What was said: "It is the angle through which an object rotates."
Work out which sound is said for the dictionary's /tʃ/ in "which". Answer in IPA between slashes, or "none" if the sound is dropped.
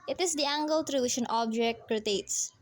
/ʃ/